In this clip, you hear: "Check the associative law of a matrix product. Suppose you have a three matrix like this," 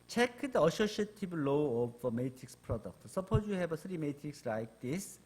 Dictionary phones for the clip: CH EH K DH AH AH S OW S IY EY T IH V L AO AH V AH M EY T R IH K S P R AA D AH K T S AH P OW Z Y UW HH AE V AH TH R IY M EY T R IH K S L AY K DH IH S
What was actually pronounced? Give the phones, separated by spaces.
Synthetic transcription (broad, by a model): CH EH K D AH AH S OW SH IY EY T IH B L AO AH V AH M EY T R IH K S P R AA D AH K T S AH P OW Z Y UW HH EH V AH S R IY M EY T R IH K S L AY K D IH S